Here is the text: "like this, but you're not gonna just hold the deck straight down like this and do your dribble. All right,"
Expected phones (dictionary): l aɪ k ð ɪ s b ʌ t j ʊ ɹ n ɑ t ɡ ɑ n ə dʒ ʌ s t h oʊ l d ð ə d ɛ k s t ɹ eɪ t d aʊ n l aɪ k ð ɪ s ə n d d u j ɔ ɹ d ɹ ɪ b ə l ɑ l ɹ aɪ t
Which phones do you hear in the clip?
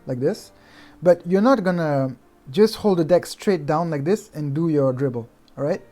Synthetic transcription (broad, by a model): l aɪ k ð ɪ s b ʌ t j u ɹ n ɑ t ɡ ɑ n ə dʒ ʌ s t h oʊ l d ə d ɛ k s t ɹ eɪ t d aʊ n l aɪ k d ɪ s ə n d d u j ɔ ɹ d ɹ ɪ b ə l l ɹ aɪ t